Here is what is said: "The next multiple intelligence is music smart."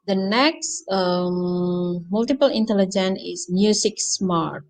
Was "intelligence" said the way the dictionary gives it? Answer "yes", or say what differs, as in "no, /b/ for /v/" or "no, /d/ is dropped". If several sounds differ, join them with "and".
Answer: no, /s/ is dropped